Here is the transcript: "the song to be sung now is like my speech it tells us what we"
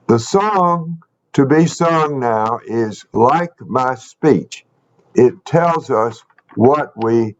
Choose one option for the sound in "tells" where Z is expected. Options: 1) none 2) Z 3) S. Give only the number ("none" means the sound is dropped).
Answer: 2